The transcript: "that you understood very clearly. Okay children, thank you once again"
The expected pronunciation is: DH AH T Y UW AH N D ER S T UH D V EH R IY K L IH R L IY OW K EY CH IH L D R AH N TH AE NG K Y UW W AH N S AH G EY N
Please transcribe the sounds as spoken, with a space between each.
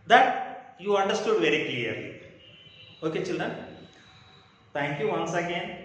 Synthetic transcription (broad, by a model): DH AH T Y UW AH N D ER S T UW D V EH R IY K L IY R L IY OW K EY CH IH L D AH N T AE NG K Y UW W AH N S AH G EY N